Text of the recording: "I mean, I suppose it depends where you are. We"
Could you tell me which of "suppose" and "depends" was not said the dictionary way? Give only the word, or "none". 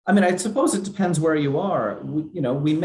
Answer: none